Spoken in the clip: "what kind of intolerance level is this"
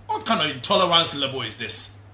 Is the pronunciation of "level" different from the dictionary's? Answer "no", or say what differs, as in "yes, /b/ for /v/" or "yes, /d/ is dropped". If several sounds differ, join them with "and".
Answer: yes, /b/ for /v/